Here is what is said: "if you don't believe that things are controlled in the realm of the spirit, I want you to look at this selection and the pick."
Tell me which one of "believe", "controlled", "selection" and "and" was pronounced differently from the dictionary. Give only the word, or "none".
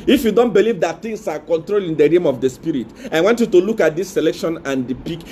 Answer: controlled